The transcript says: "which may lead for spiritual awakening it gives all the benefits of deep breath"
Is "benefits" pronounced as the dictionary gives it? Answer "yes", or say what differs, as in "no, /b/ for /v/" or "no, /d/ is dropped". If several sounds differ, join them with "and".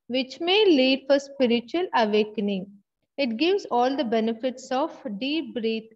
yes